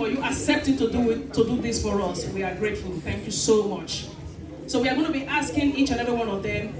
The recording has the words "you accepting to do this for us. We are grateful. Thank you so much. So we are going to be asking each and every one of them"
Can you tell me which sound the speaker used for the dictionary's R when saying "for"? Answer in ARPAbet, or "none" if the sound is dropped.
R